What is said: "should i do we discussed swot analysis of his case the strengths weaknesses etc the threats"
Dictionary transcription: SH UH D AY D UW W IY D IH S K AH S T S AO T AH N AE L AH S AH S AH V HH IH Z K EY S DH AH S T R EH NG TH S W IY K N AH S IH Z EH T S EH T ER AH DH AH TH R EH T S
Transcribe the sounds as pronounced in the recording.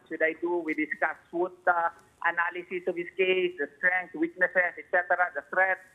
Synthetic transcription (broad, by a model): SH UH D AY D UW W IY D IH S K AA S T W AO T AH N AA L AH S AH S AH V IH S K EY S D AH S T R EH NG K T W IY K N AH S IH S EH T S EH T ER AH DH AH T R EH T